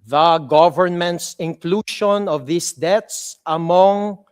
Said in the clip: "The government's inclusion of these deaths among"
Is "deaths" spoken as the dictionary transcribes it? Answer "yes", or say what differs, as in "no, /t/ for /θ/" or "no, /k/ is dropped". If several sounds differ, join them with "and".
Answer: no, /t/ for /θ/